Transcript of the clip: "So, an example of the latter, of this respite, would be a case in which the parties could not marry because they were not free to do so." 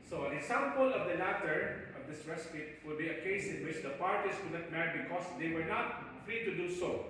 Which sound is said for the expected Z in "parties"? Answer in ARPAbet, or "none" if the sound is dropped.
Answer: S